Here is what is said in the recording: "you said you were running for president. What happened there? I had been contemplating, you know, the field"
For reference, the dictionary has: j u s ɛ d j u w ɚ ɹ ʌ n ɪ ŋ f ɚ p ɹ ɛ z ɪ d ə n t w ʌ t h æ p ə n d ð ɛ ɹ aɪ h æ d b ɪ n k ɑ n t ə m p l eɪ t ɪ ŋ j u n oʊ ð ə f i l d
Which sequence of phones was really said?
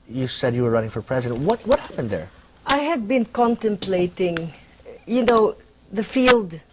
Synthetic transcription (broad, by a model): j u s ɛ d j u w ɚ ɹ ʌ n ɪ ŋ f ɚ p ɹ ɛ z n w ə t w ʌ t h æ p ə n d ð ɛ ɹ aɪ h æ d b ɪ n k ɑ n t ə m p l eɪ t ɪ ŋ j u n oʊ ð ə f i l d